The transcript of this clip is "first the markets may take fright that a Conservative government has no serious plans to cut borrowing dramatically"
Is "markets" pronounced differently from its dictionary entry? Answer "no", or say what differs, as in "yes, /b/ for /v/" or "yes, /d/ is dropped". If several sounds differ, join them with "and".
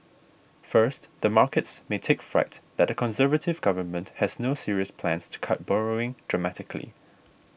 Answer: no